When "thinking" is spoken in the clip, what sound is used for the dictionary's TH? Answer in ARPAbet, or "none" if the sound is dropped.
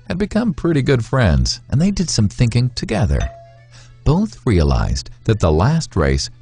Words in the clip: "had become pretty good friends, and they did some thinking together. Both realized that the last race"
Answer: TH